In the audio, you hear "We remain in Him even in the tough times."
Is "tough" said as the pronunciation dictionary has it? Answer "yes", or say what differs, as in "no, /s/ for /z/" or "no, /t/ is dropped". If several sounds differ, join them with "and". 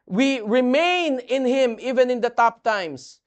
no, /p/ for /f/